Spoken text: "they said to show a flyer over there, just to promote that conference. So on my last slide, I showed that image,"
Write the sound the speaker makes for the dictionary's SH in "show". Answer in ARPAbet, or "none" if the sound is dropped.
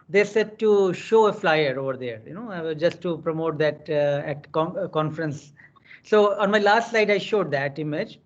SH